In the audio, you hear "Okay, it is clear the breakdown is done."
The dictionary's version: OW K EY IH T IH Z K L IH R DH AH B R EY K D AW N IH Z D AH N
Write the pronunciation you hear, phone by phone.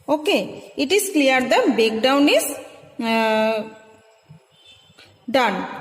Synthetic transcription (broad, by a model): OW K EY IH T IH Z K L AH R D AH B EY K D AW N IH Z D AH N